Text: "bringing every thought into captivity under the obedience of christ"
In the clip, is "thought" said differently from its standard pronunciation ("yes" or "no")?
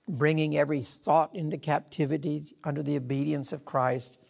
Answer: no